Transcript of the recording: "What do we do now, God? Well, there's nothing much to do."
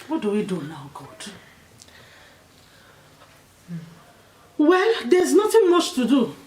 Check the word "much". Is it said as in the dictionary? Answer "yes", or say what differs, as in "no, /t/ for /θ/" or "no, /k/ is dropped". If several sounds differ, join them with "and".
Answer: yes